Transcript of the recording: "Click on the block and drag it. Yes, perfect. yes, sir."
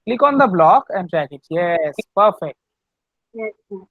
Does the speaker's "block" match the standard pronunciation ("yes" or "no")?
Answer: yes